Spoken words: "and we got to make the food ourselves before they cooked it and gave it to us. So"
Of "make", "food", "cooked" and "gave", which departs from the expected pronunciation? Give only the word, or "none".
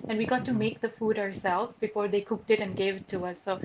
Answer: none